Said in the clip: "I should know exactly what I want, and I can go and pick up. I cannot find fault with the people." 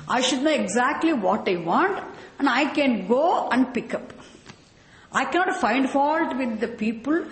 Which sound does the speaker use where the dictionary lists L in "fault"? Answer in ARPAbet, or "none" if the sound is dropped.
L